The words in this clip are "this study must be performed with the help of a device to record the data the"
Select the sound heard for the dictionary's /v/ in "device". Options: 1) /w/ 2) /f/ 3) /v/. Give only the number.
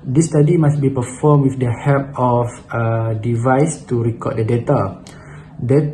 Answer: 3